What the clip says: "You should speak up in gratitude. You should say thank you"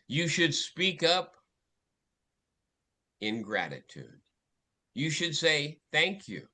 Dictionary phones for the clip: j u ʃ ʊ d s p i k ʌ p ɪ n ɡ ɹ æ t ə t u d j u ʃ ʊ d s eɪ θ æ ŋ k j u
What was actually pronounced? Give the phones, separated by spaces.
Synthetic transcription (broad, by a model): j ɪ ʃ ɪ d s p i k ʌ p ɪ n ɡ ɹ æ t ə t u d j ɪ ʃ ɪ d s eɪ θ æ ŋ k j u